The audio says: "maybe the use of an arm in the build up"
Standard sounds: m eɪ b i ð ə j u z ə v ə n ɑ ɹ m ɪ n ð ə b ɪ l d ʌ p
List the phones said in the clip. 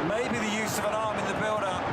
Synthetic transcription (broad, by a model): m eɪ b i ð ə j u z ə v ə n ɑ ɹ m ɪ n ð ə b ɪ l d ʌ